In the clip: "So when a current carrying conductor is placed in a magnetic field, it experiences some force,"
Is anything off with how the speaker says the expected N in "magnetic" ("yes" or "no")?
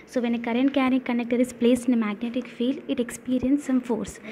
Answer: no